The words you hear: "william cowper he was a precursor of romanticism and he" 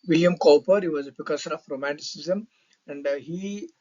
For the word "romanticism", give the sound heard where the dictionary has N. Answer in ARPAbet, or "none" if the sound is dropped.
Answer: N